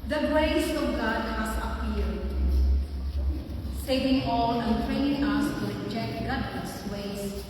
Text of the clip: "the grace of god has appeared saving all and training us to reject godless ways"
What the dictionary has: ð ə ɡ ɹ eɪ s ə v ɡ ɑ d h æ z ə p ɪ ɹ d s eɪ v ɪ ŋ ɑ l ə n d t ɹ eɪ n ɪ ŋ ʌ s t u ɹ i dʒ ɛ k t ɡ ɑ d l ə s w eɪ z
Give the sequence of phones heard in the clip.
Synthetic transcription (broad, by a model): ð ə ɡ ɹ eɪ s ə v ɡ ɑ d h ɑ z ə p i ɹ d s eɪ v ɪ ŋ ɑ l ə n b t ɹ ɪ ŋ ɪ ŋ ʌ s t u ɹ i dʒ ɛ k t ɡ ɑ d ə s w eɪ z